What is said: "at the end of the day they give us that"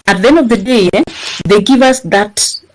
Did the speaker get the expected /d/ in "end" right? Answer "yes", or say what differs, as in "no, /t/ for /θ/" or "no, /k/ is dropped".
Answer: no, /d/ is dropped